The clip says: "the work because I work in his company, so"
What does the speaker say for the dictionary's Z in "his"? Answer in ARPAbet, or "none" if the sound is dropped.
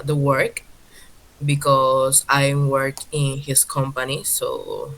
S